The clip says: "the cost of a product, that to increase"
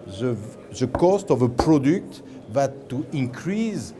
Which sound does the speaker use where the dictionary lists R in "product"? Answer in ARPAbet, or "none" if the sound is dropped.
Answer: R